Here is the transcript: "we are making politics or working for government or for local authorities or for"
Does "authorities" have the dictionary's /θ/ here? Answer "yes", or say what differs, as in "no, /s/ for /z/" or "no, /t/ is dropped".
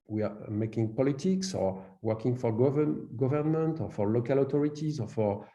no, /t/ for /θ/